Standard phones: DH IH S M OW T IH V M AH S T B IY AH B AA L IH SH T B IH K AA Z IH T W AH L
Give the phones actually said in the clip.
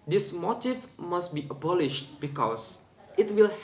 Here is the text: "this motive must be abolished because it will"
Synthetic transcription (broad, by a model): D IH S M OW T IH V M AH S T B IY AH B AA L IH SH T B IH K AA S IH T W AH L